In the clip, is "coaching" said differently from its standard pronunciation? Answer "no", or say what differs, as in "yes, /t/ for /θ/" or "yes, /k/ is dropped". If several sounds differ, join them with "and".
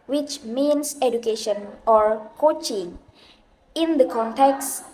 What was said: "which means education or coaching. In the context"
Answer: no